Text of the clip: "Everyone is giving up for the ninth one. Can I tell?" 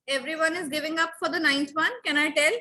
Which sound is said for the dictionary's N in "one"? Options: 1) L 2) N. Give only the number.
2